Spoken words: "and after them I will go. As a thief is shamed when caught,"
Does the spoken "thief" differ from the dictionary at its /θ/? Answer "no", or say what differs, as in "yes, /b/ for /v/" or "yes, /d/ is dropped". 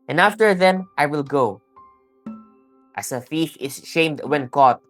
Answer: yes, /f/ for /θ/